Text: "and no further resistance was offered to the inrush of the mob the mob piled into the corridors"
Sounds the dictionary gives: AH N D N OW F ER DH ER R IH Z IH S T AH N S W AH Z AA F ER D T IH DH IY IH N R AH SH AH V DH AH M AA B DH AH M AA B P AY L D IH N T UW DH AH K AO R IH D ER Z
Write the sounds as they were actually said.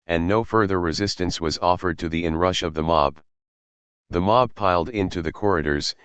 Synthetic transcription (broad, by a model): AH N N OW F ER DH ER R IH Z IH S T AH N S W AH Z AA F ER D T IH DH IY IH N R AH SH AH V DH AH M AA B DH AH M AA B P AY L D IH N T UW DH AH K AO R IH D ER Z